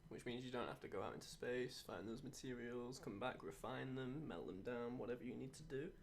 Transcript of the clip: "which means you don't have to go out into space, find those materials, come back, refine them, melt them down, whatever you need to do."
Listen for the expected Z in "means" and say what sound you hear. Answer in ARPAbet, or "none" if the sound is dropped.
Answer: Z